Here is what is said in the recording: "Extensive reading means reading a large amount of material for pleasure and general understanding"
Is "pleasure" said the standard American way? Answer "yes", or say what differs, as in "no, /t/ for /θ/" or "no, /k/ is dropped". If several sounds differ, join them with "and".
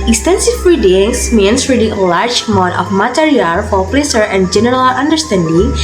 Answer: no, /s/ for /ʒ/